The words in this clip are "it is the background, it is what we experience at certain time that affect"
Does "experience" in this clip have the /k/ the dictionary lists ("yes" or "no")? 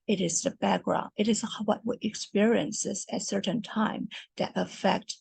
yes